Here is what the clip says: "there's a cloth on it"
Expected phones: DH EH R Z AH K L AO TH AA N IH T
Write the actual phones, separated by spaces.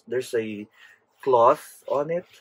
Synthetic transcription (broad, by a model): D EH R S AH K L AO TH AA N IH T